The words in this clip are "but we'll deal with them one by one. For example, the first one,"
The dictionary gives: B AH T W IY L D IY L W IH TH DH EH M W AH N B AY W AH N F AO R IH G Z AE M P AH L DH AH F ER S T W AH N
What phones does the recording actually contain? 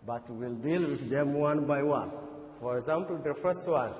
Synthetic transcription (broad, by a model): B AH T W IY L D IY L W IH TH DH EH M W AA N B AY W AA N F AO R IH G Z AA M P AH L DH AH F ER S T W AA N